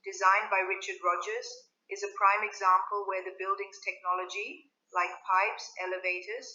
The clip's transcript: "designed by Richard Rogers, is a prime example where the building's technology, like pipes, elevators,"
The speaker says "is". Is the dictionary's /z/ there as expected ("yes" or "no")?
yes